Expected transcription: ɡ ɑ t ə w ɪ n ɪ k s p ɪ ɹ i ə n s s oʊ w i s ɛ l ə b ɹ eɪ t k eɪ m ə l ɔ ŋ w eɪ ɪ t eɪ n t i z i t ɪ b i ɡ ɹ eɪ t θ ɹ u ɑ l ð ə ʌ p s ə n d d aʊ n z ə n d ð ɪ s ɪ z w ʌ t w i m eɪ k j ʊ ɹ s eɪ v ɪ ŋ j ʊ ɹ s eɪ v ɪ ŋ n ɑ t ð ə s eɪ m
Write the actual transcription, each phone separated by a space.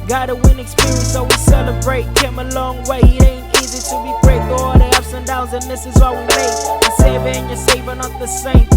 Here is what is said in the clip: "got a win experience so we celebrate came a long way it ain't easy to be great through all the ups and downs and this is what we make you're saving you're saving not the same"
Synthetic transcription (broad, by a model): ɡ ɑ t ə w ɪ n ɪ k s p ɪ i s s oʊ w i s ɛ l ə b ɹ eɪ t k eɪ m ə l ɔ ŋ w eɪ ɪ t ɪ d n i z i t ɪ b i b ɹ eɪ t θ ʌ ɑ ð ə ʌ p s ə n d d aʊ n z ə n ð ɪ s ɪ z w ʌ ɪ w i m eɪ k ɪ s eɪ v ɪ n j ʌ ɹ s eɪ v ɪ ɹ n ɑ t ð ə s eɪ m